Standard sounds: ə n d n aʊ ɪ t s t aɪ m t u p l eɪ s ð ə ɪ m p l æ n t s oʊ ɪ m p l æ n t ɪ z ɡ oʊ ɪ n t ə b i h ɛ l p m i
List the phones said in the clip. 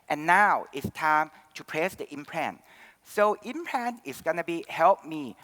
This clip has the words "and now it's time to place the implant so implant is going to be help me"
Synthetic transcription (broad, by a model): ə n n aʊ ɪ t s t aɪ m t u p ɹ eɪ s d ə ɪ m p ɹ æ n s oʊ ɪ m p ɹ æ n ɪ s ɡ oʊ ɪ n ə b i h ɛ l p m i